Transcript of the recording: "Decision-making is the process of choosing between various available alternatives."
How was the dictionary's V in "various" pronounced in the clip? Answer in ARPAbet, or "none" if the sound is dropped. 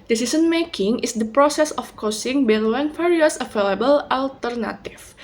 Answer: F